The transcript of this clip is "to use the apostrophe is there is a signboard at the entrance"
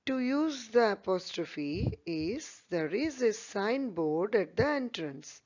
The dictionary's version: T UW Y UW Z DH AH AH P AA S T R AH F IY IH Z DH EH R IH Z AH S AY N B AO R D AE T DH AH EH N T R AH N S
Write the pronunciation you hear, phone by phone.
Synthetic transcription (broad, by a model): T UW Y UW Z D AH AH P AA S T R AH F IY IH Z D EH R IH Z AH S AY N B AO R D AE T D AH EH N T R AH N S